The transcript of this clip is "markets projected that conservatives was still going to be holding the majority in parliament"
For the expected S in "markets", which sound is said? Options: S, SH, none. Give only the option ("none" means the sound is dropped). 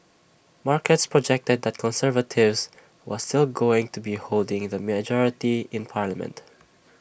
S